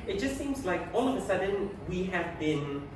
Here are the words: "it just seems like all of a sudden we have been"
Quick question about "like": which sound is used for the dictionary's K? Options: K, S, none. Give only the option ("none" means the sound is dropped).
K